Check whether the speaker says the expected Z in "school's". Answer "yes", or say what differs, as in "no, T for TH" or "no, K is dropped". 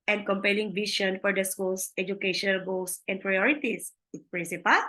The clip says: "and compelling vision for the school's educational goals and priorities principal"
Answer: no, S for Z